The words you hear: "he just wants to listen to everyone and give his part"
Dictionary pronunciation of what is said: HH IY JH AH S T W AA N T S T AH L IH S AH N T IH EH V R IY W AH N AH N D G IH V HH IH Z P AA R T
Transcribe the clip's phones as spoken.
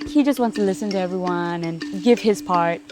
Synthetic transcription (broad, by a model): HH IY JH AH S T W AA N T S T AH L IH S AH N T IH EH V R IY W AH N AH N G IH V IH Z P AA R T